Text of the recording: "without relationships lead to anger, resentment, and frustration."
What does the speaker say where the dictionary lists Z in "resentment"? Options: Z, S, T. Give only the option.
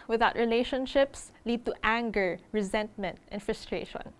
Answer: Z